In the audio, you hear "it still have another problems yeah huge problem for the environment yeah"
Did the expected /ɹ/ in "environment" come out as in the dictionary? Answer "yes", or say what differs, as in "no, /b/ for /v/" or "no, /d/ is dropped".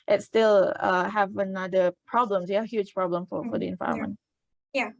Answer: no, /ɹ/ is dropped